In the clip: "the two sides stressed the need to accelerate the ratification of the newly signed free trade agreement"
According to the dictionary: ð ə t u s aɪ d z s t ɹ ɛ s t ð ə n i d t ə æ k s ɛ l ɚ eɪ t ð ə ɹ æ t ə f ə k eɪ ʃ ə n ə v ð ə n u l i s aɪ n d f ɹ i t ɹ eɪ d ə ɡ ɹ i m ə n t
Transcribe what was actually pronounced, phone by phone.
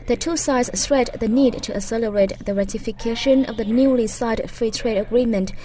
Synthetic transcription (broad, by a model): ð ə t u s aɪ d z s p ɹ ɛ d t ð ə n i d t ə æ s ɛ l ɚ eɪ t ð ə ɹ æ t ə f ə k eɪ ʃ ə n ə v ð ə n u l i s aɪ d f ɹ i t ɹ eɪ d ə ɡ ɹ i m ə n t